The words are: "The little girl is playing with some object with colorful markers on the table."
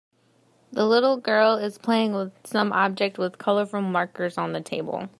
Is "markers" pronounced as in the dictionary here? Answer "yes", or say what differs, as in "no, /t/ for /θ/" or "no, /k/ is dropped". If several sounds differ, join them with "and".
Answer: yes